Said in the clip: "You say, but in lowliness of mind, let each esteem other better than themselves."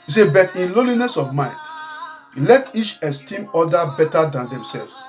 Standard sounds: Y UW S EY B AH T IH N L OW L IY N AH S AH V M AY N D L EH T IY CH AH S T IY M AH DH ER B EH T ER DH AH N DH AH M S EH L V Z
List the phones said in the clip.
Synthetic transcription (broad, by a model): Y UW S EY B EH T IH N L OW L IY N AH S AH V M AY N D L EH T IY CH AH S T IY M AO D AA B EH T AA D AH N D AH M S EH L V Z